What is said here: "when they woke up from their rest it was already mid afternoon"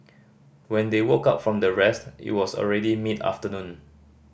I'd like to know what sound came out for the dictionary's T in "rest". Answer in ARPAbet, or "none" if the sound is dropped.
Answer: T